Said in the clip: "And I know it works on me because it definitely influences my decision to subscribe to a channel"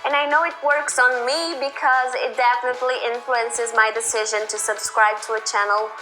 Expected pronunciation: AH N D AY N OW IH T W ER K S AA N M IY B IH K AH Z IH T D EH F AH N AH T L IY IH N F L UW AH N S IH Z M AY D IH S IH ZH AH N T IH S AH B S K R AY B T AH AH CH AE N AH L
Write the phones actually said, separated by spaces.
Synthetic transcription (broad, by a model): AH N AY N OW IH T W ER K S N M IY B IH K AH Z IH T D EH F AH N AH T L IY IH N F L UW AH N S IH Z M AY D IH S IH ZH AH N T IH S AH B S K R AY B T AH AH CH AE N L